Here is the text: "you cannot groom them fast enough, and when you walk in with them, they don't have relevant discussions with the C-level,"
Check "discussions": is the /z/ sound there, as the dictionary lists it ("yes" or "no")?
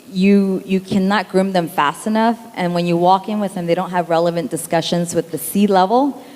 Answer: yes